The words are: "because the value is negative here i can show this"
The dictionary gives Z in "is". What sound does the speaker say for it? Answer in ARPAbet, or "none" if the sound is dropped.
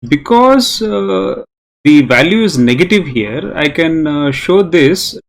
Z